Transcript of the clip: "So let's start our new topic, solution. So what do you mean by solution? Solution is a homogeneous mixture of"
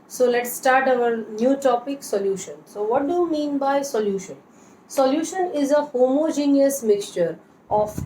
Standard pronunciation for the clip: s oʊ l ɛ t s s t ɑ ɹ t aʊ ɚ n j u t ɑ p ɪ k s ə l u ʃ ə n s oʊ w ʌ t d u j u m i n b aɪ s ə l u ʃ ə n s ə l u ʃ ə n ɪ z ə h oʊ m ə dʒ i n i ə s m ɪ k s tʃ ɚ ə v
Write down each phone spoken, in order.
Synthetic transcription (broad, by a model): s oʊ l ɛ t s s t ɑ ɹ t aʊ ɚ n j u t ɑ p ɪ k s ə l u ʃ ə n s oʊ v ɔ t d u j u m i n b aɪ s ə l u ʃ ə n s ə l u ʃ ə n ɪ z ə h oʊ m ə dʒ i n i ə s m ɪ k s tʃ ɚ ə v